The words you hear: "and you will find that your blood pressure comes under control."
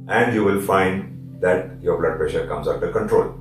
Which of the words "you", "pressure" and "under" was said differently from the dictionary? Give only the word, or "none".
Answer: under